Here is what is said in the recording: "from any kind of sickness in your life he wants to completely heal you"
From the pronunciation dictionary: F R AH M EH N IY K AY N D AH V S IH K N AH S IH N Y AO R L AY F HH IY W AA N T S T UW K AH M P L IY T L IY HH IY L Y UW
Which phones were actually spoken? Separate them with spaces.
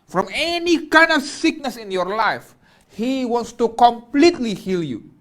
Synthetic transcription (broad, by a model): F R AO M EH N IY K AY N D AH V S IH K N AH S IH N Y AO R L AY F HH IY W AA N T S T UW K AH M P L IY T L IY HH IY L Y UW